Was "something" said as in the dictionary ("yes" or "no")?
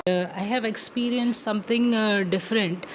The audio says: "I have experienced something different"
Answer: no